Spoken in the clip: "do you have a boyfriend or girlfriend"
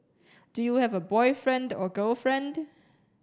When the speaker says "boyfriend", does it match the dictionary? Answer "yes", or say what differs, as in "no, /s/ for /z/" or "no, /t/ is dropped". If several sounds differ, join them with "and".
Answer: yes